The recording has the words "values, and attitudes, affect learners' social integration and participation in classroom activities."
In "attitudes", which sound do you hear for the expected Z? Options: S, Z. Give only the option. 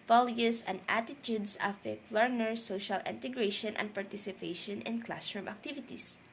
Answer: S